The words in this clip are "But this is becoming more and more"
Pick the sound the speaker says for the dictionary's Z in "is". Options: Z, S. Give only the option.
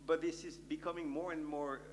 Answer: Z